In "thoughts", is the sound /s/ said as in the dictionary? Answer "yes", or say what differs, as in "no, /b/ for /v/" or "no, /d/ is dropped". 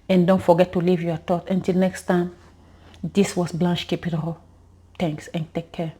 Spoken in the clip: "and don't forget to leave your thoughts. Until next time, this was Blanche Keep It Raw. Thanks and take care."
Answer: no, /s/ is dropped